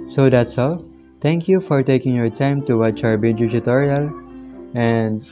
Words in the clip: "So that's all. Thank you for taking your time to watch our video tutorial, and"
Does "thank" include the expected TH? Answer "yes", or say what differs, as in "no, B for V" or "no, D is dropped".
no, T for TH